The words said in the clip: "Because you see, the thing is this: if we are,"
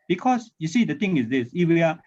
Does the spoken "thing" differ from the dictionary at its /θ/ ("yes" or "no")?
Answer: yes